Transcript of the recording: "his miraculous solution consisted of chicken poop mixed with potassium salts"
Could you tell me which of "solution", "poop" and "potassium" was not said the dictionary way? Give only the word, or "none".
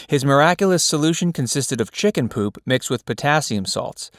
none